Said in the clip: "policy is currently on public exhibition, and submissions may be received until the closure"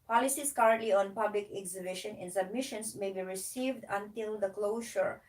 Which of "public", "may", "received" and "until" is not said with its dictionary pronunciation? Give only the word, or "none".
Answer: none